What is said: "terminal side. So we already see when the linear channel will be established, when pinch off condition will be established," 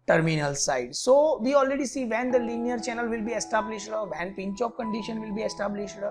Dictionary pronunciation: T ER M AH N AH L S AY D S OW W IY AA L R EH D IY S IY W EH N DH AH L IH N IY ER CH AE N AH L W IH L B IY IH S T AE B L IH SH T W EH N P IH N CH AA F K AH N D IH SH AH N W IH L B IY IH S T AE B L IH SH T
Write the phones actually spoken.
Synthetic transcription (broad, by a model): T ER M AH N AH L S AY D S OW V IY AA L R EH D IY S IY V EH N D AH L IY N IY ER CH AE N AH L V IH L B IY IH S T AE B L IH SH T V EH N P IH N CH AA P K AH N D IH SH AH N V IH L B IY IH S T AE B L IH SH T